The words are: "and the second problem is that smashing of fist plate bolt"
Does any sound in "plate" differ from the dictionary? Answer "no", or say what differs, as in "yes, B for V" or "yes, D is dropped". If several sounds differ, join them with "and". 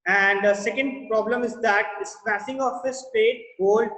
yes, L is dropped